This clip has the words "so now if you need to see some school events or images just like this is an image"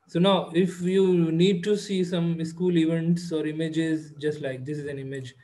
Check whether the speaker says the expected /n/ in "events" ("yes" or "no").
yes